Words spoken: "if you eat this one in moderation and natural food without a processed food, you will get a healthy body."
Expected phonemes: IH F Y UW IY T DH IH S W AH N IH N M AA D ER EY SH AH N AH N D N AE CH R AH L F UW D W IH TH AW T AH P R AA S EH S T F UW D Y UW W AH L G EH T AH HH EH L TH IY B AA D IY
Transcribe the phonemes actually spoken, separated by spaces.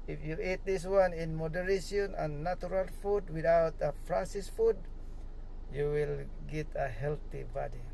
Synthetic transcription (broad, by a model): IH F Y UW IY T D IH S W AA N IH N M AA D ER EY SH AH N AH N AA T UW R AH L F UW D W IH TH AW T AH F R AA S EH S F UW D Y UW W AH L G EH T AH HH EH L T IY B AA D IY